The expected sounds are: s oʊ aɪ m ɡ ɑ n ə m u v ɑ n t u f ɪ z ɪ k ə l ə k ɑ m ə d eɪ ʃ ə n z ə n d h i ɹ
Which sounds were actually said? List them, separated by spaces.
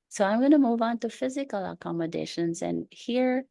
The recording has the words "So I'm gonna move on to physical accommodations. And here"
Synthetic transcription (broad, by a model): s oʊ aɪ m ɡ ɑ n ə m u v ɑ n t u f ɪ z ɪ k ə l ə k ɑ m ə d eɪ ʃ ə n z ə n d h i ɹ